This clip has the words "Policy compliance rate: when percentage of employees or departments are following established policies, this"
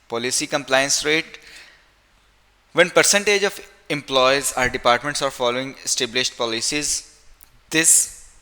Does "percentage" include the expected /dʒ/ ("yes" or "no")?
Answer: yes